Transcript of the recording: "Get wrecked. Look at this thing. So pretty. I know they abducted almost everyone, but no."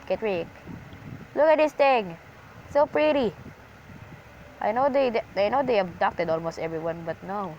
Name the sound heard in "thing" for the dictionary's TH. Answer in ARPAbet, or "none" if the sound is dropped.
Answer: T